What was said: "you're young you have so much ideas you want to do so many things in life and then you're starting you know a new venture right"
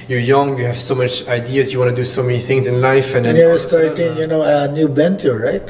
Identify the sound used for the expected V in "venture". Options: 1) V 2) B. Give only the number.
2